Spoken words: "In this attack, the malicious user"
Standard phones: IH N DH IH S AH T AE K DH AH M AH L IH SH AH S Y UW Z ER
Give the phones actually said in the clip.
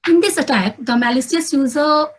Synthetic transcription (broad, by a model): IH N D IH S AH T AE K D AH M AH L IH S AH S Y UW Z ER